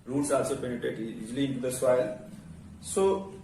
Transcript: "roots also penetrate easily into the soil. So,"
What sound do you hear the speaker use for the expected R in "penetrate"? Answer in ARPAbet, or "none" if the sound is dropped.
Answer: none